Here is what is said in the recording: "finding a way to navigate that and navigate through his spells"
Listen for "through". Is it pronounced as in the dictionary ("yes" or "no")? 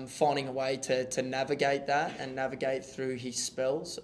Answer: yes